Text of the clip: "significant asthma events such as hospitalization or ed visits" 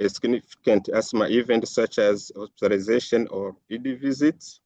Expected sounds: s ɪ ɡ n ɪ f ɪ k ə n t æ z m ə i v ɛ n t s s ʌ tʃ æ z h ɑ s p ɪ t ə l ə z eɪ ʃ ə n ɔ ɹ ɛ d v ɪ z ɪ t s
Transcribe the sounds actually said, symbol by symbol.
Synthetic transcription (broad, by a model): s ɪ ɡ n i f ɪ k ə n t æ s m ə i v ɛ n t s s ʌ tʃ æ z h ɑ s p ɪ t ə l ə z eɪ ʃ ə n ɔ ɹ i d v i z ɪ t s